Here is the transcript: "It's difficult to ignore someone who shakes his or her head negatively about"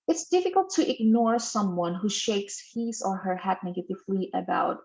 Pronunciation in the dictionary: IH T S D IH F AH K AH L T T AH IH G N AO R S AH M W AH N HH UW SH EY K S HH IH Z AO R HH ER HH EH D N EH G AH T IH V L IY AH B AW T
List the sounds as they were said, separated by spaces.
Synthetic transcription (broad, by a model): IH T S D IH F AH K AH L T T IH G N AO R S AH M W AH N HH UW SH EY K S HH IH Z AO R HH ER HH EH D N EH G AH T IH F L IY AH B AW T